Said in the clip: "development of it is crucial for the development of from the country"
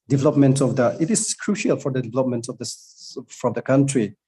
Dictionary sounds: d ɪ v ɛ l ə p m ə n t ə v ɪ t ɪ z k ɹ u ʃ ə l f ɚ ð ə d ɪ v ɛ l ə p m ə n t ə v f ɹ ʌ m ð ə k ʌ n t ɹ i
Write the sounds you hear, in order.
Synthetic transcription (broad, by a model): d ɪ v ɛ l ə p m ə n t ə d ɪ t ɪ s k ɹ u ʃ ə l f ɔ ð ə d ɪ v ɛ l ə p m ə n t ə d f ɹ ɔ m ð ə k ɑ n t ɹ i